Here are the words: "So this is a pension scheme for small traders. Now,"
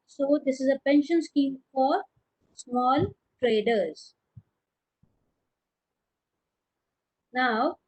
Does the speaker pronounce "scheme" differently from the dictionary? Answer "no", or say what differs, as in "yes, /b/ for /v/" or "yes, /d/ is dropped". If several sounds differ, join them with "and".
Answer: no